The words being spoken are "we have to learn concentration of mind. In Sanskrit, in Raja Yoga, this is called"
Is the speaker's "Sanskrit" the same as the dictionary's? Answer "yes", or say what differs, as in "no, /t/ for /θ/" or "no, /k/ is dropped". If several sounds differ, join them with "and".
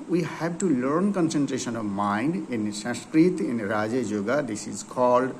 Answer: no, /n/ is dropped